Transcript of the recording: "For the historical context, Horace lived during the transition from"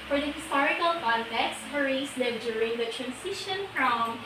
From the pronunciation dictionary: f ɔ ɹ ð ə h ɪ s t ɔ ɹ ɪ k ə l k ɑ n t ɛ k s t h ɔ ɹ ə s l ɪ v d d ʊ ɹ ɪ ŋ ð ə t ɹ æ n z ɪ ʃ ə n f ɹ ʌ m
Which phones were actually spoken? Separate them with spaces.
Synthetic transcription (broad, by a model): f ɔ ɹ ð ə h ɪ s t ɔ ɹ ɪ k ə l k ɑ n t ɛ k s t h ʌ ɹ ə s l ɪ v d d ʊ ɹ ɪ ŋ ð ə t ɹ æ n s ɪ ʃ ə n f ɹ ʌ m